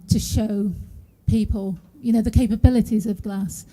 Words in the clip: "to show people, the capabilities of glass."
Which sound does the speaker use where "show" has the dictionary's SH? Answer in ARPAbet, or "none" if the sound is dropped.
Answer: SH